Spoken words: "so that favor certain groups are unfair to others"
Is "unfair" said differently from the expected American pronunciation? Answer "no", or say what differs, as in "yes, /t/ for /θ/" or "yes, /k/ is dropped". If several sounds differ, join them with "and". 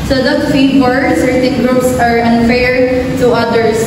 no